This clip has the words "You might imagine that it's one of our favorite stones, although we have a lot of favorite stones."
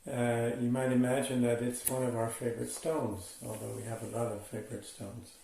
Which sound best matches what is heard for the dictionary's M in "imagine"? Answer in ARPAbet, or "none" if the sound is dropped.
M